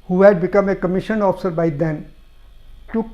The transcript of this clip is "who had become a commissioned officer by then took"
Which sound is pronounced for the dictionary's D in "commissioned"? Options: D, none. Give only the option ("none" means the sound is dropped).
none